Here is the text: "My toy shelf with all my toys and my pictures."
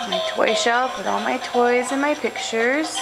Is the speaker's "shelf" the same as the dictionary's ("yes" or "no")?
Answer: no